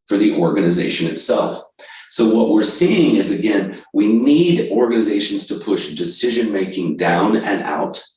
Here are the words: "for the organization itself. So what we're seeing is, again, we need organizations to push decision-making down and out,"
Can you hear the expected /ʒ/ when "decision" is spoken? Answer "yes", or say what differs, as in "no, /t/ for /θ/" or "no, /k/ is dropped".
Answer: yes